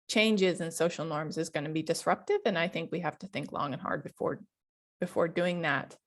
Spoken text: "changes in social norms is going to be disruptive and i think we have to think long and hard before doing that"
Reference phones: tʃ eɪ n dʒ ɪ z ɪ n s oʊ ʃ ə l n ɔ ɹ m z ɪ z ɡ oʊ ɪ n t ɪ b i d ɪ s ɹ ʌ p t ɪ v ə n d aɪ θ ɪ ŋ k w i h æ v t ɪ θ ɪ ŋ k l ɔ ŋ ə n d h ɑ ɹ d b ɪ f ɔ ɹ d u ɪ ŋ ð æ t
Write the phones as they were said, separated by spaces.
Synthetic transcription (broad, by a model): tʃ eɪ n dʒ ɪ z ɪ n s oʊ ʃ l n ɔ ɹ m z ɪ z ɡ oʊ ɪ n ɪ b i d ɪ s ɹ ʌ p t ɪ v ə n aɪ θ ɪ ŋ k w i h æ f t ɪ θ ɪ ŋ k l ɔ ŋ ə n h ɑ ɹ d b ɪ f ɔ ɹ d u ɪ ŋ ð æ t